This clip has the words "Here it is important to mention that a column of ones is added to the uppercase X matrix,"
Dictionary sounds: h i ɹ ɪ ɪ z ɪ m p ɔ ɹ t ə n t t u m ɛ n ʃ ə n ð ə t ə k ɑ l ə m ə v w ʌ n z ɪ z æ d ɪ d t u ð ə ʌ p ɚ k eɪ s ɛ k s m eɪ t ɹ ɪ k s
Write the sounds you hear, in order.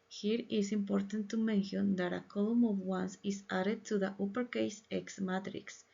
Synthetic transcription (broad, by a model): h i ɹ ɪ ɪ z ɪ m p ɔ ɹ t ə n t t u m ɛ n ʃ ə n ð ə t ə k ɑ l ə m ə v w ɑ n s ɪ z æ d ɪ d t u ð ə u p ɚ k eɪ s ɛ k s m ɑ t ɹ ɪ k s